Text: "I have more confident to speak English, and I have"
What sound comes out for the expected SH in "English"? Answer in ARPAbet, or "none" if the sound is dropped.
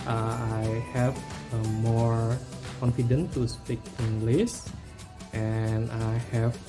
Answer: S